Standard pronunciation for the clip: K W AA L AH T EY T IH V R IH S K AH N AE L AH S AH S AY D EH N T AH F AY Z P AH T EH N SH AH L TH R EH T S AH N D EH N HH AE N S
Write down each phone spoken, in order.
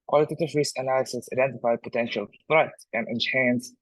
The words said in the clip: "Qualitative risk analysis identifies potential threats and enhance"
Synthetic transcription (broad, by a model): K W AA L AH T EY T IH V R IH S AH N AE L AH S AH S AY D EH N T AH F AY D P AH T EH N SH AH L F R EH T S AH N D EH N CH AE N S